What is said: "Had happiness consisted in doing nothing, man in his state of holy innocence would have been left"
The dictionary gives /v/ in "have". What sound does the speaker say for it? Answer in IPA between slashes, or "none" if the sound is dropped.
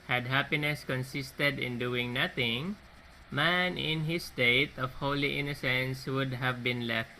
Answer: /v/